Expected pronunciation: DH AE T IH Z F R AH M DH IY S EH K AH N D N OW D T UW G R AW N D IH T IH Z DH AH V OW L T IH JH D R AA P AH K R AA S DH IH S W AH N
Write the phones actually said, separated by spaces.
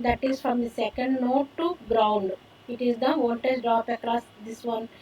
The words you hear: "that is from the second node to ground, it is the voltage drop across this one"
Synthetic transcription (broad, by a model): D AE T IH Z F R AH M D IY S EH K AH N D N OW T T UW G R AW N D IH T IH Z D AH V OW N T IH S D R AA P AH K R AA S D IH S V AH N